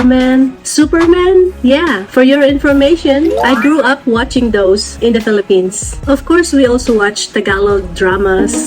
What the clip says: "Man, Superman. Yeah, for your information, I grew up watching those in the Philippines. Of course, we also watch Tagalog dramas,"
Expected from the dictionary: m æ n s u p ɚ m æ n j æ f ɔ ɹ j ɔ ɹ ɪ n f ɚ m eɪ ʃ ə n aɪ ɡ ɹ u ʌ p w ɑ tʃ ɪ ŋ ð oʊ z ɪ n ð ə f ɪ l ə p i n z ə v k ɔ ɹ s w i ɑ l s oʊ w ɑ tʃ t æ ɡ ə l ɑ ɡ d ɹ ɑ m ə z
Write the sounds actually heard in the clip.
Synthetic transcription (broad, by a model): m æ n s u p ɚ m æ n j æ f ɔ ɹ j ɔ ɹ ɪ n f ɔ m eɪ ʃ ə n aɪ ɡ ɹ u ʌ p w ɑ tʃ ɪ ŋ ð oʊ s ɪ n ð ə f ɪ l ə p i n s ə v k ɔ ɹ s w i ɑ l s oʊ w ɑ tʃ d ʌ ɡ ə l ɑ d ɹ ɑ m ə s